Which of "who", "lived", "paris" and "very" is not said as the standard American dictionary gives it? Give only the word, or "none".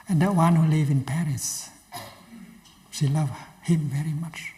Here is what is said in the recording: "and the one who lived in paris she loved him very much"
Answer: lived